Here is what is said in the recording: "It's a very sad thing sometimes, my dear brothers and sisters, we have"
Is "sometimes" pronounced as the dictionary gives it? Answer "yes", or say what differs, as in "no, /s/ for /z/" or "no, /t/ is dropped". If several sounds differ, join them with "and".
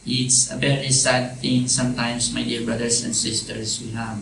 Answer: no, /s/ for /z/